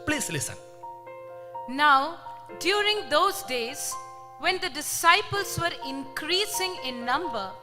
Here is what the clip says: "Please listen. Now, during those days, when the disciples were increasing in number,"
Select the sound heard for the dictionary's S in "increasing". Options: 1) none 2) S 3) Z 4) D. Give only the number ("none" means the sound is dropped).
2